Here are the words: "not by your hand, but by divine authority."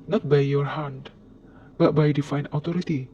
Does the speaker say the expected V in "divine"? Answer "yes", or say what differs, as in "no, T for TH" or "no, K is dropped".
no, F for V